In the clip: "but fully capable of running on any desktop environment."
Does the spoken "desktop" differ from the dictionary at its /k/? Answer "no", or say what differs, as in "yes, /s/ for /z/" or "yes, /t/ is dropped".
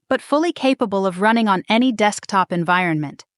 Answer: no